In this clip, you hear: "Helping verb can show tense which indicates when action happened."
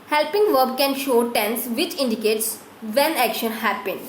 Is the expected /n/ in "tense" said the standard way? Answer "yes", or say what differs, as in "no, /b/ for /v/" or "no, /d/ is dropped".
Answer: yes